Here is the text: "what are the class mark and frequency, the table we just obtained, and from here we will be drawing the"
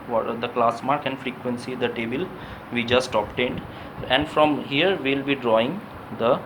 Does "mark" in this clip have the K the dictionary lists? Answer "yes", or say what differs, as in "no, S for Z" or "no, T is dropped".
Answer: yes